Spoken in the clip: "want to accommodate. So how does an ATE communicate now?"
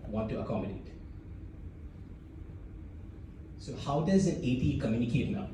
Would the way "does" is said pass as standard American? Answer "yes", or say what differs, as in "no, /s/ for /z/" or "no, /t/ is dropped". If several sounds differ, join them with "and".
yes